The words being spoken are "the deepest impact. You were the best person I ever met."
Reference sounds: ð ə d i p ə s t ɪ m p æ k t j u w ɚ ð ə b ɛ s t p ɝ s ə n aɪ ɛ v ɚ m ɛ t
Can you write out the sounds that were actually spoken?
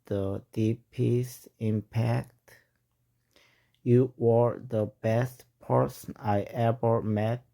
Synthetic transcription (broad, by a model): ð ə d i p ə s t ɪ m p æ k t j u w ɚ ð ə b ɛ s t p ɝ s ə n aɪ ɛ v ɚ m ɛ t